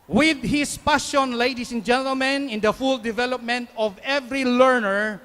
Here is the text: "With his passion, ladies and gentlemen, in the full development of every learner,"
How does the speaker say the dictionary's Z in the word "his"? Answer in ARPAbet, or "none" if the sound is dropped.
S